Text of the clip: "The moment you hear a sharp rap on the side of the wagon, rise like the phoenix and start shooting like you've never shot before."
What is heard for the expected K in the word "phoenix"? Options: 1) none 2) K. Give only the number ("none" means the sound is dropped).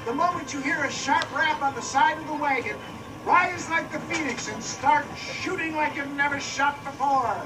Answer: 2